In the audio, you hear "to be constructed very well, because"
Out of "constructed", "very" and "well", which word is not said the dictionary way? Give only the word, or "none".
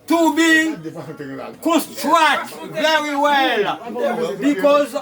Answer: constructed